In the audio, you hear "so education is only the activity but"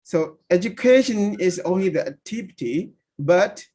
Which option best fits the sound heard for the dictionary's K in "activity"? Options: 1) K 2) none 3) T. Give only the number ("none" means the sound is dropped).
2